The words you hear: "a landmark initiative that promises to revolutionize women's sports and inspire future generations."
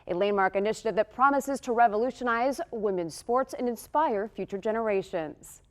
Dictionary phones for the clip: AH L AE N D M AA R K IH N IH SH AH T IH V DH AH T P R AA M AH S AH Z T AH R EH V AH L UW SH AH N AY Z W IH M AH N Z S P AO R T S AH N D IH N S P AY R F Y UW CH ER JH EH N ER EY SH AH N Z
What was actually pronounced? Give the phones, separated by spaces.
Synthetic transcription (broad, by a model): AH L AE N M AA R K IH N IH SH AH T IH V DH AH T P R AA M AH S AH Z T AH R EH V AH L UW SH AH N AY Z W IH M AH N S P AO R T S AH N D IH N S P AY R F Y UW CH ER JH EH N ER EY SH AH N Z